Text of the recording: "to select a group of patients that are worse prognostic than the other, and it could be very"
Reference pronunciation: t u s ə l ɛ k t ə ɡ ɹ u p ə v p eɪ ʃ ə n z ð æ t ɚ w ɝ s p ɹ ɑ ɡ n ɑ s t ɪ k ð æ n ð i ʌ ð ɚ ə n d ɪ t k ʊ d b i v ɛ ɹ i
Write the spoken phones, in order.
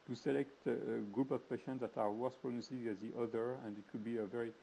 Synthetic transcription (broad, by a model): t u s ə l ɛ k t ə ɡ ɹ u p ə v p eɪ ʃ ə n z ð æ t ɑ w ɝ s p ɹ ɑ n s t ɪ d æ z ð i ʌ ð ɚ ə n d ɪ t k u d b i v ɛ ɹ i